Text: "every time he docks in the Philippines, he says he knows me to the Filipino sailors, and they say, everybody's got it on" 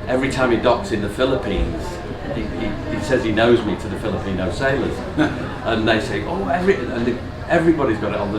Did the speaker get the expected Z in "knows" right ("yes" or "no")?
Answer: yes